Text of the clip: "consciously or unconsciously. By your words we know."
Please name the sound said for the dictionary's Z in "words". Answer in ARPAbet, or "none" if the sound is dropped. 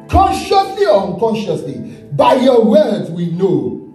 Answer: none